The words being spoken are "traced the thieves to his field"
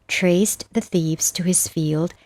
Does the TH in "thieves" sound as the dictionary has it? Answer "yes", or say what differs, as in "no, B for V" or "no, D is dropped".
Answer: yes